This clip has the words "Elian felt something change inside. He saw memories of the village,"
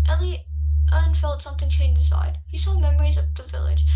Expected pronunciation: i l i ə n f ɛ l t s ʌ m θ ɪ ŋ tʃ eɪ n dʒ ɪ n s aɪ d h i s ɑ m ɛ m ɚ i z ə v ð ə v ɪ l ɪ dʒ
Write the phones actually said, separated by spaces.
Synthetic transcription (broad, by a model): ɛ l i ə n f ɛ l t s ʌ m θ ɪ ŋ tʃ eɪ n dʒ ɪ s aɪ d h i s ɑ m ɛ m ɚ i z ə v ð ə v ɪ l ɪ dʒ